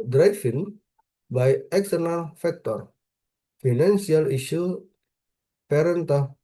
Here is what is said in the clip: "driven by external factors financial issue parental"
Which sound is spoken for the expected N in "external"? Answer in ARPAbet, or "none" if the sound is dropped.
N